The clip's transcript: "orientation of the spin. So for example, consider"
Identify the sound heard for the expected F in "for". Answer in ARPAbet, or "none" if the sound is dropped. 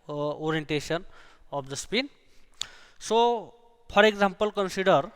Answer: P